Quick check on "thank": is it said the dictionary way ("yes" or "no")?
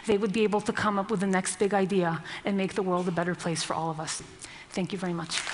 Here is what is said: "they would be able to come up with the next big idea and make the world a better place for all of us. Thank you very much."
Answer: yes